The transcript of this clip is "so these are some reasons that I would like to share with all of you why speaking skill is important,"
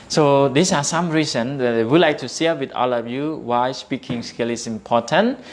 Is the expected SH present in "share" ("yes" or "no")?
no